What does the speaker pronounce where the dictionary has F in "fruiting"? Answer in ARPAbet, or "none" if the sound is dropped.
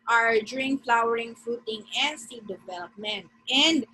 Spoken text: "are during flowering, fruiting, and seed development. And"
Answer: F